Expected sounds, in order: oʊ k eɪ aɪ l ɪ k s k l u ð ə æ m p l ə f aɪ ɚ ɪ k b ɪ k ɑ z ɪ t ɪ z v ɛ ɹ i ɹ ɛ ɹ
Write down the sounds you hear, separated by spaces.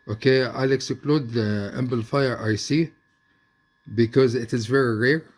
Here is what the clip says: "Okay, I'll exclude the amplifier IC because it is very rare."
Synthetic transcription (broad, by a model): oʊ k eɪ aɪ l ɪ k s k l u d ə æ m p l f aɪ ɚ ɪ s b ɪ k ɑ z ɪ t ɪ z v ɛ ɹ i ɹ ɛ ɹ